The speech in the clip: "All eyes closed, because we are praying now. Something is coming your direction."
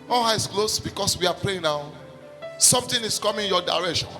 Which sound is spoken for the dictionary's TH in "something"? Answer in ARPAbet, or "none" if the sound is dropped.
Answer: T